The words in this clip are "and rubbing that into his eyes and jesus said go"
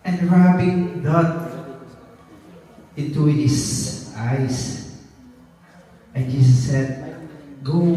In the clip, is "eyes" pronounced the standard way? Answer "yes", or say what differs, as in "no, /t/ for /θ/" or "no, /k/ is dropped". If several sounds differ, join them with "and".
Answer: no, /s/ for /z/